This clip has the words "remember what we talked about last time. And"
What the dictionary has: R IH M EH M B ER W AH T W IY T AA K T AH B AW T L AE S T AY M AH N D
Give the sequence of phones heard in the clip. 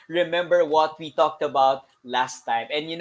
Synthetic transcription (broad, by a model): R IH M EH M B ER W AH T W IY T AA K T AH B AW T L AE S T AY M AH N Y